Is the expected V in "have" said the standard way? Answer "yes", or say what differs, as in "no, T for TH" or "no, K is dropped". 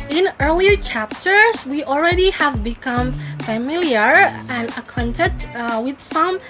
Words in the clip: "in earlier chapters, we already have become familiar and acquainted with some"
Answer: yes